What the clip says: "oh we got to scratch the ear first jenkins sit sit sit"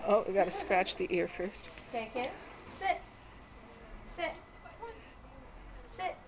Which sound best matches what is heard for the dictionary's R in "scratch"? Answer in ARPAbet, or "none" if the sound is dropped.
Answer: R